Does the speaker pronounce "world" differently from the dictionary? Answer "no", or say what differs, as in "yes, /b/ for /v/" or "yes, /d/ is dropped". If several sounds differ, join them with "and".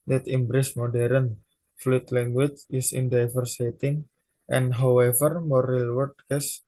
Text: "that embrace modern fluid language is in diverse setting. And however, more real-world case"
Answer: yes, /l/ is dropped